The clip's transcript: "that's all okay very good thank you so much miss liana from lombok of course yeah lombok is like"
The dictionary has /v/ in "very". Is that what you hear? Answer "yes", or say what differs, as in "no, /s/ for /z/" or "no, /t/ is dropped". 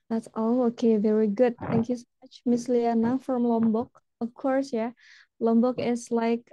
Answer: yes